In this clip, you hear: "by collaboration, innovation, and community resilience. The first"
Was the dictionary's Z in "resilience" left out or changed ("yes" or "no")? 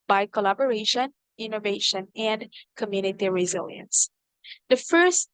no